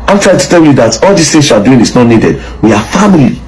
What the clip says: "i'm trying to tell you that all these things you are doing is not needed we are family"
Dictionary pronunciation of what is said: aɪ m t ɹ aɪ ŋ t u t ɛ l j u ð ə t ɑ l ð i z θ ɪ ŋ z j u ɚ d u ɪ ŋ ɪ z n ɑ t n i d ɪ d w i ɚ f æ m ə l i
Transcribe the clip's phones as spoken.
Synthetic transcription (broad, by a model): aɪ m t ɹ aɪ t u t ɛ l j u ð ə t ɑ l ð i s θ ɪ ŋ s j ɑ d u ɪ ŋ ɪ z n ɑ t n i d ɪ d w i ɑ f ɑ m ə l i